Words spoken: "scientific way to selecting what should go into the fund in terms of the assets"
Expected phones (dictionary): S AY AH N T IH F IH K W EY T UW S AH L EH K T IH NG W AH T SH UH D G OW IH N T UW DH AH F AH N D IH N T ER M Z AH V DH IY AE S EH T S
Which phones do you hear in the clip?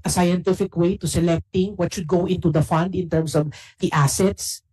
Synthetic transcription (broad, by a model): S AY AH N T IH F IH K W EY T UW S AH L EH K T IH NG W AH T SH UH D G OW IH N T UW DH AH F AH N D IH N T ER M S AH V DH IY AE S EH T S